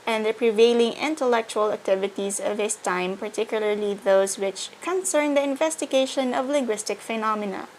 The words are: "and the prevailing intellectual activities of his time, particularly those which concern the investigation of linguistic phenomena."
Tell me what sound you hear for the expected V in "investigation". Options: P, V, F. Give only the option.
V